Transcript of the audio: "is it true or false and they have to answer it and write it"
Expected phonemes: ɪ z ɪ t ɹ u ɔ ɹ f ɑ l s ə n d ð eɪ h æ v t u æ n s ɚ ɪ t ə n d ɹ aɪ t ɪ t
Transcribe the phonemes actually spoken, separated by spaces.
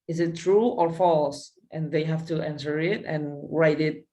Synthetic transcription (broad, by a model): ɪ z ɪ t ɹ u ɔ ɹ f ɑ l s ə n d ð eɪ h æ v t u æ n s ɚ ɪ t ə n ɹ aɪ t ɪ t